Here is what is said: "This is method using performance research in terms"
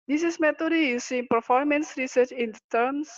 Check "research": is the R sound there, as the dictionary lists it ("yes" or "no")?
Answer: yes